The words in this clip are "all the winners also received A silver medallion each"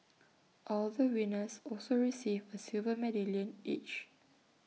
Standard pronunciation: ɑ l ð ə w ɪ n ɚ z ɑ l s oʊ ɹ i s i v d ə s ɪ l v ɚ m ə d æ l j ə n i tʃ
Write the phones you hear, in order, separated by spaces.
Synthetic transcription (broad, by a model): ɑ l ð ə w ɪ n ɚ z ɑ l s oʊ ɹ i s i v ə s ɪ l v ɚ m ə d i l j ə n i tʃ